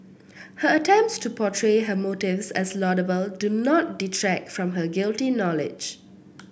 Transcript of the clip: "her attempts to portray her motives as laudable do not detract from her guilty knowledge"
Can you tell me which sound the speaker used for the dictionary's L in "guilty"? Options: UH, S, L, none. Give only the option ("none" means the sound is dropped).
L